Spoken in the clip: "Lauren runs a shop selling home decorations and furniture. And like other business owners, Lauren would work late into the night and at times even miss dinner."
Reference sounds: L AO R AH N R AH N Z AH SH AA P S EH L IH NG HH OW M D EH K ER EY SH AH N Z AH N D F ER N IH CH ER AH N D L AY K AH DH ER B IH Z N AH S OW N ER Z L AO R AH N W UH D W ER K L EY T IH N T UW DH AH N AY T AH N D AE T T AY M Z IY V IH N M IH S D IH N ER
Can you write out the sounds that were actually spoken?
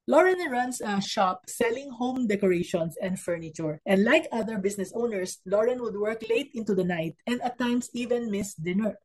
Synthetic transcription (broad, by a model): L AO R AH N R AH N S AH SH AA P S EH L IH NG HH OW M D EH K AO EY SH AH N S AH N D F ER N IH CH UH AH N D L AY K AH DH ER B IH S N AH S OW N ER S L AO R AH N W UH D W ER K L EY T IH N T UW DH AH N AY T AH N D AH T T AY M S IY V IH N M IH S D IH N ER